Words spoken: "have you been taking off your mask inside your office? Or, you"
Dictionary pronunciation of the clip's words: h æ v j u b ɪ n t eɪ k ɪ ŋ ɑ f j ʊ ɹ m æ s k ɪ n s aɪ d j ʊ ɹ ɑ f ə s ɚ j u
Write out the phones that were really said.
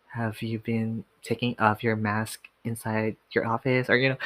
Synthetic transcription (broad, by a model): h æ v j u b ɪ n t eɪ k ɪ ŋ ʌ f j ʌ ɹ m æ s k ɪ n s aɪ d j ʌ ɹ ɑ f ə s ɚ j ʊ